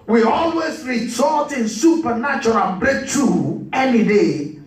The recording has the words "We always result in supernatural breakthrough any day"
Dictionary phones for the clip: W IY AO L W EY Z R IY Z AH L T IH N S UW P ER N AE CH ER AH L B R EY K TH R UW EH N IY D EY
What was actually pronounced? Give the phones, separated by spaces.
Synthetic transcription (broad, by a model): W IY AO L W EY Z R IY S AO T IH N S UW P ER N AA CH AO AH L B R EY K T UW EH N IY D EY